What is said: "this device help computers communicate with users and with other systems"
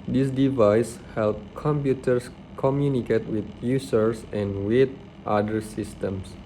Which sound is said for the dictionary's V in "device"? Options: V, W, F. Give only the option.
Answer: V